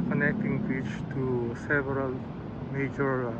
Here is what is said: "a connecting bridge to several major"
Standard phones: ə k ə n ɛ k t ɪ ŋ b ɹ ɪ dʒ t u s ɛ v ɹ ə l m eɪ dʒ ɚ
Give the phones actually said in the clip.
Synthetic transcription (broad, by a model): k ə n ɛ k t ɪ ŋ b i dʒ t u s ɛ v ɹ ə l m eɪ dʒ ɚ